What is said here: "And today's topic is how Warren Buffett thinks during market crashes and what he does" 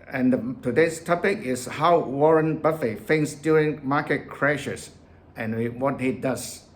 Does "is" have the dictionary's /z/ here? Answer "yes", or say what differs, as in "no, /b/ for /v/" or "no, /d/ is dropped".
no, /s/ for /z/